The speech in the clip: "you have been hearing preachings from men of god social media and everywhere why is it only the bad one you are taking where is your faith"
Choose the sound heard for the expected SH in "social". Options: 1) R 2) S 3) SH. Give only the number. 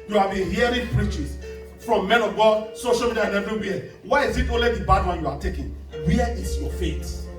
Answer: 3